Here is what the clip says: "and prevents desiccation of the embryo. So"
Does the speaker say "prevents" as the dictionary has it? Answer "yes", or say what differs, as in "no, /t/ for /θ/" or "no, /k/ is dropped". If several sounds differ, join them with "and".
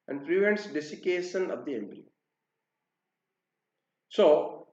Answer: yes